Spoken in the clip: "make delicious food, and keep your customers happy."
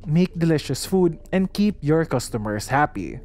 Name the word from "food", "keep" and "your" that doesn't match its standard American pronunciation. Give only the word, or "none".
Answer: none